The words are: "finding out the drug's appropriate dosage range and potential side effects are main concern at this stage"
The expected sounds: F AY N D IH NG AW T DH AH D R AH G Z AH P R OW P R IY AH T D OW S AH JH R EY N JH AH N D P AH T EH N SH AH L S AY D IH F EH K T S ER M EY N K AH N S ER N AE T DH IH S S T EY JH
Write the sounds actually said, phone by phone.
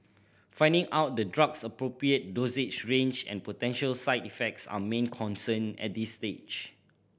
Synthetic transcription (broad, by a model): F AY N D IH NG AW T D AH D R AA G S AH P R OW P R IY AH T D OW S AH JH R EY N JH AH N P AH T EH N SH AH L S AY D IH F EH K T S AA M EY N K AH N S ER N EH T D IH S S T EY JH